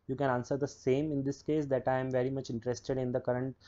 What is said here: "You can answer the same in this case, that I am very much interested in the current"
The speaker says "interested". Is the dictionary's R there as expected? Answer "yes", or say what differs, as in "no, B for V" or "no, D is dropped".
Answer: yes